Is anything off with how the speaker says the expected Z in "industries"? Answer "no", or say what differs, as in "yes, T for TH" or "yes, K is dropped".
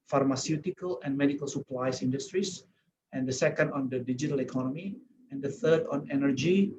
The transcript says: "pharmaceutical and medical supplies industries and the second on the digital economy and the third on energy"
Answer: yes, S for Z